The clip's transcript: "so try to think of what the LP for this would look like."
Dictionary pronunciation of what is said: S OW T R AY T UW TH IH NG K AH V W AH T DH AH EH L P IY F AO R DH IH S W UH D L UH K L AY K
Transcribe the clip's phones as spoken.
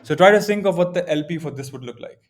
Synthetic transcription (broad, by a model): S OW T R AY T UW S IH NG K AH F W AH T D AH EH L P IY F AO R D IH S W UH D L UH K L AY K